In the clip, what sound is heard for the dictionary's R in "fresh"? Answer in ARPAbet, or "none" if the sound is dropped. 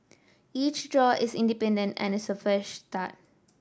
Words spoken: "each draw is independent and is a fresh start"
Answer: none